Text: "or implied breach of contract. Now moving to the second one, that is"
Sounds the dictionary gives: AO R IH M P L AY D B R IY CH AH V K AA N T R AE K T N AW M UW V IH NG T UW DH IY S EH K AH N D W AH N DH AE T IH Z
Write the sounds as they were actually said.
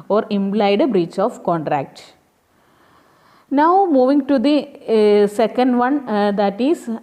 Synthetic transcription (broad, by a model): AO R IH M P L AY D B R IY CH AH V K AA N T R AE K T N AW M UW V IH NG T UW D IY S EH K AH N D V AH N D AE T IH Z